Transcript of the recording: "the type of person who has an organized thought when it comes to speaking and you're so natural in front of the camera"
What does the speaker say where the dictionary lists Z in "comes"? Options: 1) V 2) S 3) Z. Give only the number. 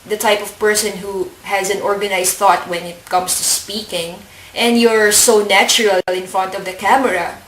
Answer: 2